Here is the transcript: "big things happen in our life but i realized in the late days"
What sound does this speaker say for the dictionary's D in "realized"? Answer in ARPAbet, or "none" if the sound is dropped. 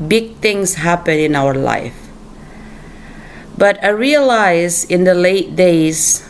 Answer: none